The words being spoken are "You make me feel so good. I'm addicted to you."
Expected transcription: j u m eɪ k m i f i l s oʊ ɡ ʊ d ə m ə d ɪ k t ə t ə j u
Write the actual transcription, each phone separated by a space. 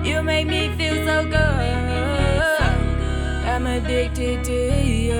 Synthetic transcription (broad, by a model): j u m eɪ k m i f i l s oʊ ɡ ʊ ə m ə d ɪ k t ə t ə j